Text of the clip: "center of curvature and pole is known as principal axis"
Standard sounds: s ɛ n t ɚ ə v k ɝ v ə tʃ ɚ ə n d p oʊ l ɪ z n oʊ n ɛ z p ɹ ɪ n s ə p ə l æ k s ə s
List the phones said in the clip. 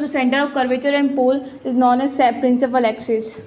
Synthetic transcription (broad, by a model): s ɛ n t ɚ ə v k ɝ v ə tʃ ɚ ə n d p oʊ l ɪ z n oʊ n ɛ s p ɹ ɪ n s ə p ə l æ k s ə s